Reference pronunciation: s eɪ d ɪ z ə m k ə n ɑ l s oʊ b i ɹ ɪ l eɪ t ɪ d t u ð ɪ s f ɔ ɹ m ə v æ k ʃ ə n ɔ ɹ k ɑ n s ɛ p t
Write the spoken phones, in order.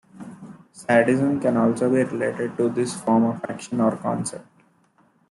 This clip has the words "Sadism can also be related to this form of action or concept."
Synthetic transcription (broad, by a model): s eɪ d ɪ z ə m k ə n ɑ l s oʊ b i ɹ ɪ l eɪ t ɪ d t u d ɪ s f ɔ ɹ m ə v æ k ʃ ə n ɔ ɹ k ɑ n s ɛ p t